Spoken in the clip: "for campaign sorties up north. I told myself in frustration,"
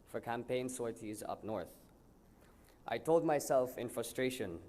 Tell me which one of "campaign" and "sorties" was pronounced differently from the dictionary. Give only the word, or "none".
none